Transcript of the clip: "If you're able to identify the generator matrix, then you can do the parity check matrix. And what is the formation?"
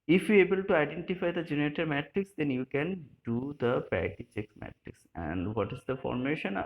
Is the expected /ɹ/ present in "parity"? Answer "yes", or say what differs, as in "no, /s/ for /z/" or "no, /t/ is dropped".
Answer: no, /ɹ/ is dropped